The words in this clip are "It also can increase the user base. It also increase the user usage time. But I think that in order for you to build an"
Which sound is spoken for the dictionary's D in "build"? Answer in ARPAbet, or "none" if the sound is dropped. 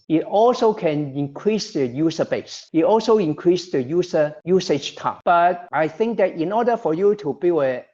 none